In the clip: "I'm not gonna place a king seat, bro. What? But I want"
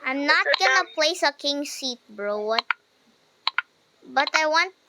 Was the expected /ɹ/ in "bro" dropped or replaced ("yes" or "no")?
no